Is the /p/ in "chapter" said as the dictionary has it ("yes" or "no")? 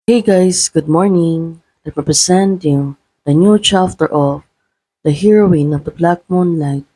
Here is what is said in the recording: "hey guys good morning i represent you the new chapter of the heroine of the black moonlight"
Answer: no